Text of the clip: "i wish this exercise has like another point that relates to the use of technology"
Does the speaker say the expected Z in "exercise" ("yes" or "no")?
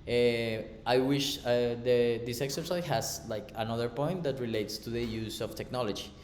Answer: no